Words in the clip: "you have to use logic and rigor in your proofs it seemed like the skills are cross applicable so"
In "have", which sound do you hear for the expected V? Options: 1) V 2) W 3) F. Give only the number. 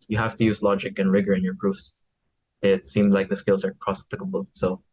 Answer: 3